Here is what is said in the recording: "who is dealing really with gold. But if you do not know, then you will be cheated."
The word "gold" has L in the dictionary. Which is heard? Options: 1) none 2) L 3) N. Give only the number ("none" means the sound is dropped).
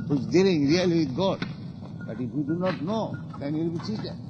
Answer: 1